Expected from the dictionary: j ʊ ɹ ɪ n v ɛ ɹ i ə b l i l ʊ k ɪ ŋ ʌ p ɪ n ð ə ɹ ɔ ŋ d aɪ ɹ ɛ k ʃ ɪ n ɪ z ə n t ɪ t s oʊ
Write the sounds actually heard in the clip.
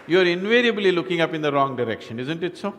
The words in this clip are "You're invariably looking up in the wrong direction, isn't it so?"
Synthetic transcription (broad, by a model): j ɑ ɹ ɪ n v ɛ ɹ i ə b l i l ʊ k ɪ ŋ ʌ p ɪ n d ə ɹ ɔ ŋ d aɪ ɹ ɛ k ʃ ɪ n ɪ z ə n t ɪ t s oʊ